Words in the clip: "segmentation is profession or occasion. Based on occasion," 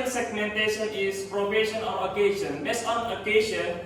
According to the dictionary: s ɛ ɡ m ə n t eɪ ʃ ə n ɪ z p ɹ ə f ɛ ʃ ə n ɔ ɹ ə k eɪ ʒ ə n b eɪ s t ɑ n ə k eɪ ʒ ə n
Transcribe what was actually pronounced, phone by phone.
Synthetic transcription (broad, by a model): s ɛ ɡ m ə n t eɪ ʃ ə n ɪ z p ɹ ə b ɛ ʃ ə n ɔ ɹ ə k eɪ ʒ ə n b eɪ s ɑ n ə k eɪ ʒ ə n